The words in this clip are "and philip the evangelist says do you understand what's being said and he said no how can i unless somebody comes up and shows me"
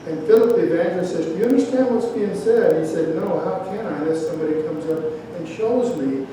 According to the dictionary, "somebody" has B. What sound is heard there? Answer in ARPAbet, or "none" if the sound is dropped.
B